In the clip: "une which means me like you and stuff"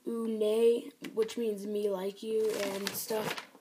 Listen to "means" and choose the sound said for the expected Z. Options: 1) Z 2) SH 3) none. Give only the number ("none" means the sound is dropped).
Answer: 1